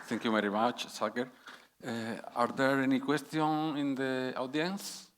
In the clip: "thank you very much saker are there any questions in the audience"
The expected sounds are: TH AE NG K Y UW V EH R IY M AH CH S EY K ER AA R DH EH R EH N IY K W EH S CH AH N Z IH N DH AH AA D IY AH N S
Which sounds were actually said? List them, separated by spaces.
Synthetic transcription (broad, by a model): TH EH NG K Y UW V EH R IY M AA CH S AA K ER AA R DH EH R EH N IY K W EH S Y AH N IH N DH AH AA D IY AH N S